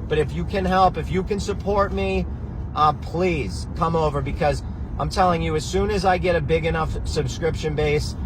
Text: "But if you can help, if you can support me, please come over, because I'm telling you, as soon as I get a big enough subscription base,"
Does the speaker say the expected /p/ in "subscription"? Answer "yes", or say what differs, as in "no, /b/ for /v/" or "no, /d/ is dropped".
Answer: yes